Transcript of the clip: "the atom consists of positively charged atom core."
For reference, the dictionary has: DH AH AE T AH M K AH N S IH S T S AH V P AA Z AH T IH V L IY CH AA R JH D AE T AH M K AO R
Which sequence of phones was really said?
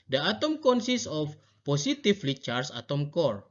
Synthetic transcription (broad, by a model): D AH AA T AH M K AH N S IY S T AH F P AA S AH T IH F L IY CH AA R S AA T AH M K AO R